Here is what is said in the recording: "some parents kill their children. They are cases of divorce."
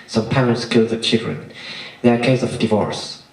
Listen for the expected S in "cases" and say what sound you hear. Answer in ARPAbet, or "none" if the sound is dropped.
none